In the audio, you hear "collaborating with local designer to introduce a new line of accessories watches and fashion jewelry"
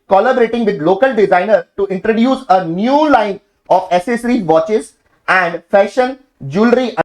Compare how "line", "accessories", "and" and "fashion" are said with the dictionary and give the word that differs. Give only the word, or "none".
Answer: accessories